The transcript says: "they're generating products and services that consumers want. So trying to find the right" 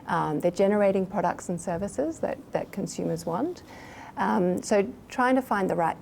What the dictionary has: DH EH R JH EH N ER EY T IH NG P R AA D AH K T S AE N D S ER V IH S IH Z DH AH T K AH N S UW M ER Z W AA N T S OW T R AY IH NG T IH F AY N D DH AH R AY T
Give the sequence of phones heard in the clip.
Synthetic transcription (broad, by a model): DH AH R JH EH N ER EY T IH NG P R AA D AH K T S N S ER V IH S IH Z DH AH T K AH N S UW M ER Z W AA N T S OW T R AY IH NG T IH F AY N DH AH R AY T